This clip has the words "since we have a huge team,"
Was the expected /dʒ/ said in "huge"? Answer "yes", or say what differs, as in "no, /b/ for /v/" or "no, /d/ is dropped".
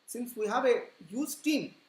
no, /z/ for /dʒ/